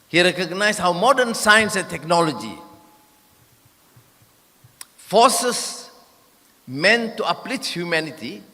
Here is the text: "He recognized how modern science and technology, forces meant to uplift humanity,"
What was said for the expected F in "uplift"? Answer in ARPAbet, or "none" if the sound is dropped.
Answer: none